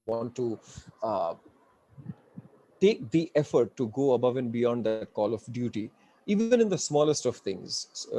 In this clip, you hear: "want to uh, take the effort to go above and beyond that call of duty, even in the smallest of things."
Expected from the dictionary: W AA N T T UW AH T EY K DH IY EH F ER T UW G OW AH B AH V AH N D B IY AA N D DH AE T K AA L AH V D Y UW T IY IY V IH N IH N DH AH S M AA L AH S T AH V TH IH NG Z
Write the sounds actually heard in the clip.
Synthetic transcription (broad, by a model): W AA N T T UW T EY K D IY EH F ER T UW G OW AH B AH V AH N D B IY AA N D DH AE T K AA L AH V D Y UW T IY IY V IH N IH N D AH S M AA L AH S T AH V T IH NG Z